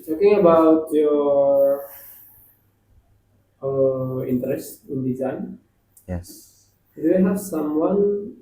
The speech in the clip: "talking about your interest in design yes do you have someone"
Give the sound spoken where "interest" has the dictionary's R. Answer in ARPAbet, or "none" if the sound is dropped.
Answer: R